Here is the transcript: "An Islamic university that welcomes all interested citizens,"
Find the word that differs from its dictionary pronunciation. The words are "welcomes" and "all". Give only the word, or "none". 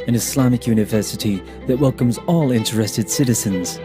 none